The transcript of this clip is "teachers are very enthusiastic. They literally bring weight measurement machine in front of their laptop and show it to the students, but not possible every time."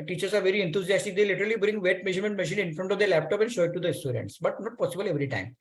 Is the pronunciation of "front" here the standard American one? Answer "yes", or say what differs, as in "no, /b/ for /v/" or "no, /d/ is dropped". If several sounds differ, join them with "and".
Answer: yes